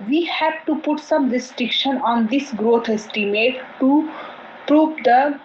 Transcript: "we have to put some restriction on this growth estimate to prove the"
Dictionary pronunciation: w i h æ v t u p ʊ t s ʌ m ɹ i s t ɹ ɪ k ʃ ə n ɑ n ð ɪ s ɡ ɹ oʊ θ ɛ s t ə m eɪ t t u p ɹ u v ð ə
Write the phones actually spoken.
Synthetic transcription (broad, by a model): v i h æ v t u p ʊ t s ʌ m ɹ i s t ɹ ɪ k ʃ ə n ɑ n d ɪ s ɡ ɹ oʊ t ɛ s t ə m eɪ t t u p ɹ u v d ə